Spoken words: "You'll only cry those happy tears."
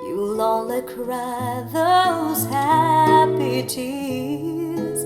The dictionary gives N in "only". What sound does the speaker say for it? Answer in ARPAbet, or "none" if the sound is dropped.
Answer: none